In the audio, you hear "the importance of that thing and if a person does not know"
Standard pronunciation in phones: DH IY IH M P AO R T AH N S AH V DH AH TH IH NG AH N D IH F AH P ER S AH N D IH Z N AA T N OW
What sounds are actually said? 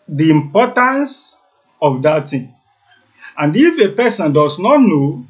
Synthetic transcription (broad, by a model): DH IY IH M P AO T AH N S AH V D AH T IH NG AH N D IH F AH P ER S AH N D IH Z N AA T N OW